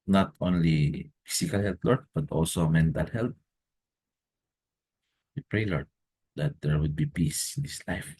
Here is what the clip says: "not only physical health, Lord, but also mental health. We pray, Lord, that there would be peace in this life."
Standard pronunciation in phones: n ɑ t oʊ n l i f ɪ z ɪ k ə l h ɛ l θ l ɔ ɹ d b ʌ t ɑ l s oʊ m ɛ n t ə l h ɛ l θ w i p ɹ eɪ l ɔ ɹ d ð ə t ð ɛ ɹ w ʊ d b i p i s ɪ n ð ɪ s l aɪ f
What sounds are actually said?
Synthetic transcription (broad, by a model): n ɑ t oʊ n l i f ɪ s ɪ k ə l h ɛ l t l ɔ ɹ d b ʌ t ɑ l s oʊ m ɛ n t ə l h ɛ l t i p ɹ eɪ l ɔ ɹ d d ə t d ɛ ɹ w ʊ d b i p i s ɪ n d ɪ s l aɪ f